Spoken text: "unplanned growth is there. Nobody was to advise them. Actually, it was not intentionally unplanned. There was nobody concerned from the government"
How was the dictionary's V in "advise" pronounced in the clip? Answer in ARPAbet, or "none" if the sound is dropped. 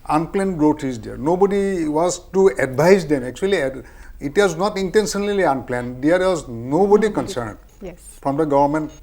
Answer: B